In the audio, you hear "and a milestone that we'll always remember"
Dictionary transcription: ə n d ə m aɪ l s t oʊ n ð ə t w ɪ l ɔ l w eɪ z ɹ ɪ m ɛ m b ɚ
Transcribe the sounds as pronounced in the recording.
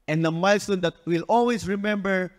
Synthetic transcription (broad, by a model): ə n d ə m aɪ l s t oʊ n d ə t w ɪ l ɔ l w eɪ s ɹ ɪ m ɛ m b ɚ